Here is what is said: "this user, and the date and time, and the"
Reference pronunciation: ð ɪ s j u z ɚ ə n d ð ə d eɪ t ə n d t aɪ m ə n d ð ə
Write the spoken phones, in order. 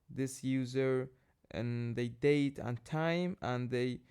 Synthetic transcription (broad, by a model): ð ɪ s j u z ɚ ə n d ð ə d eɪ t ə n t aɪ m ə n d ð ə